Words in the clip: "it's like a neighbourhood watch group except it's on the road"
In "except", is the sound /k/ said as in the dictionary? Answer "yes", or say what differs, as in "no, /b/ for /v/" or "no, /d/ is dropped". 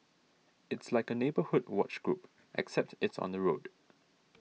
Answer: yes